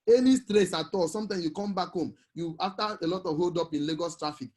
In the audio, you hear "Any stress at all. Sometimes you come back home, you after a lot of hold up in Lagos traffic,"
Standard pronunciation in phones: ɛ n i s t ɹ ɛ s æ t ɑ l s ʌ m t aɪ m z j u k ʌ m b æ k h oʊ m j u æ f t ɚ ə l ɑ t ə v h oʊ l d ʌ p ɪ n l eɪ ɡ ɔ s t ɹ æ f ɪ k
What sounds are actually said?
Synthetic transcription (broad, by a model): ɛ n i s t ɹ ɛ s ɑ t ɑ l s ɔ m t aɪ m s j u k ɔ m b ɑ k h oʊ m j u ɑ f t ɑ ə l ɑ t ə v h oʊ l d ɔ p ɪ n l eɪ ɡ ɔ s t ɹ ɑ f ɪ k